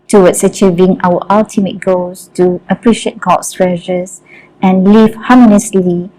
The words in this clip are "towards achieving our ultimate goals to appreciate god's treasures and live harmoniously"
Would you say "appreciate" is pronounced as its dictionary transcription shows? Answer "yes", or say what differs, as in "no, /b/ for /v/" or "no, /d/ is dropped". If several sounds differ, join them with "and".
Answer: yes